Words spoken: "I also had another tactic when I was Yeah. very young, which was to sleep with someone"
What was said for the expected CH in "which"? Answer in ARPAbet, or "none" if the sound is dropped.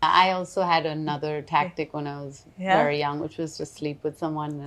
CH